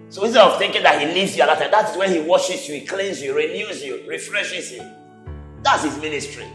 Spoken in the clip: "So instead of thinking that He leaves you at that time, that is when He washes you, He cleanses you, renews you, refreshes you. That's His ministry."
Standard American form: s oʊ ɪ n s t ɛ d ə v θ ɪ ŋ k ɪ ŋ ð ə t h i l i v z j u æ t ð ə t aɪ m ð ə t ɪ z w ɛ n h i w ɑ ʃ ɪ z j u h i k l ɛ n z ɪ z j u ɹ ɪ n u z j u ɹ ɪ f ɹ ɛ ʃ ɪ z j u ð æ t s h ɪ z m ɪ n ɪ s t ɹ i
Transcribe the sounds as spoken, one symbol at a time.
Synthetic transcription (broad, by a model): s oʊ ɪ s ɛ ə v θ ɪ ŋ k ɪ ŋ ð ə t h i l i v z j u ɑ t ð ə t aɪ m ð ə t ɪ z w ɛ n h i w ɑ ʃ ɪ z j u h i k l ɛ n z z j u ɹ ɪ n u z j u ɹ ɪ f ɹ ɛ ʃ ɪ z j u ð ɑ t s h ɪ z m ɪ n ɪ s t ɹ i